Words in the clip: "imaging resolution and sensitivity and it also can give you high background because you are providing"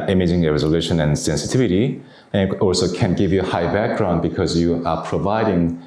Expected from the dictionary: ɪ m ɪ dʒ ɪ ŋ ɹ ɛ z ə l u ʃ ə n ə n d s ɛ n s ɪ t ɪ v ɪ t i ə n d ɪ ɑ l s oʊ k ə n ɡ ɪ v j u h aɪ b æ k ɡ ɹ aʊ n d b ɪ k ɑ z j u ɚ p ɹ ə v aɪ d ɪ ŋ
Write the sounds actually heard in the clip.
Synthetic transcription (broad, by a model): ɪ m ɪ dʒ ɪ ŋ ɹ ɛ z ə l u ʃ ə n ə n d s ɛ n s ɪ t ɪ v ɪ t i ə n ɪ ɑ l s oʊ k ə n ɡ ɪ v j u h aɪ b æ k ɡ ɹ aʊ n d b ɪ k ɑ z j u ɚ p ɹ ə v aɪ d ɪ ŋ